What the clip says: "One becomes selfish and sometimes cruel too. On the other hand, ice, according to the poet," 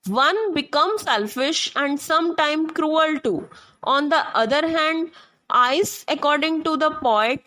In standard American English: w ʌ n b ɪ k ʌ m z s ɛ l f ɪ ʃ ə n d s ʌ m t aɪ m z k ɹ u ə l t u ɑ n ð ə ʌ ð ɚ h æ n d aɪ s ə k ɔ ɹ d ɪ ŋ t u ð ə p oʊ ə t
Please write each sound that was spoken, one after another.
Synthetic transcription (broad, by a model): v ʌ n b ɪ k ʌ m s ɛ l f ɪ ʃ ə n d s ʌ m t aɪ m k ɹ u ə l t u ɑ n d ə ʌ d ɚ h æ n d aɪ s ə k ɔ ɹ d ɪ ŋ t u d ə p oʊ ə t